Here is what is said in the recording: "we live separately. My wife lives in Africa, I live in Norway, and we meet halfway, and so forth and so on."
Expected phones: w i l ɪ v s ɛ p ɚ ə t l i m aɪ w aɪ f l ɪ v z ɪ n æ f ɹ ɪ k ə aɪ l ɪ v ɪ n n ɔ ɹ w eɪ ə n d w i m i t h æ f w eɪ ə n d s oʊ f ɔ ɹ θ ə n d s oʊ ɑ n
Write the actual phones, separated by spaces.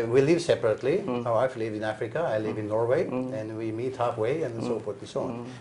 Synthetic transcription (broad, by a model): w i l ɪ v s ɛ p ɚ ə t l i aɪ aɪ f l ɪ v ɪ n æ f ɹ ɪ k ə aɪ l ɪ v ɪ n n ɔ ɹ w eɪ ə n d w i m i t h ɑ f w eɪ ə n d s oʊ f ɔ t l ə s oʊ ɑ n